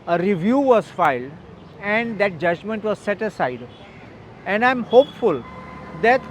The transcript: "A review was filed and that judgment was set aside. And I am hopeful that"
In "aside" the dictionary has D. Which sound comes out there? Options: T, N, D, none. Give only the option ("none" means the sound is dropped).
D